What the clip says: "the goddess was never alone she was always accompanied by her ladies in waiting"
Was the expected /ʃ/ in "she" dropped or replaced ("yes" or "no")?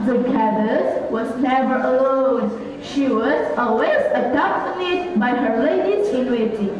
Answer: no